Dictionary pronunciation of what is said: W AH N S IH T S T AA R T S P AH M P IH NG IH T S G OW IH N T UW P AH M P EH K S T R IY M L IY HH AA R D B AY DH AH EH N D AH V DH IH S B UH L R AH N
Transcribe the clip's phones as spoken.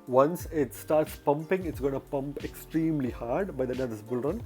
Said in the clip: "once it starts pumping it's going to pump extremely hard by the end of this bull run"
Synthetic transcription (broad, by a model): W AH N S IH T S T AA R T S P AH M P IH NG IH T S G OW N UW P AH M P EH K S T R IY M L IY HH AA R D B AY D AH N AH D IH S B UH L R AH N